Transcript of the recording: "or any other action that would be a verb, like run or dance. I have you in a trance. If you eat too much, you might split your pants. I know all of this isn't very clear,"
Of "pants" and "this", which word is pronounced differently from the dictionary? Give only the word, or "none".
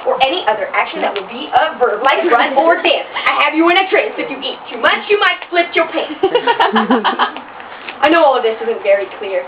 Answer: pants